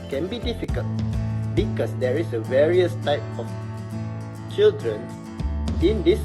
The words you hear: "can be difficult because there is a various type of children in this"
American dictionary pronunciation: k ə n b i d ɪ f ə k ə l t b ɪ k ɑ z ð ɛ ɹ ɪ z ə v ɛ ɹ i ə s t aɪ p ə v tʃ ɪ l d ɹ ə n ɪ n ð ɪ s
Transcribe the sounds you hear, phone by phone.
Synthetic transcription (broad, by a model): k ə n b i d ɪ f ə k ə l t b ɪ k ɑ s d ɛ ɹ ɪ s ə v ɛ ɹ i ə s t aɪ p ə f tʃ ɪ l d ɹ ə n ɪ n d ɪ s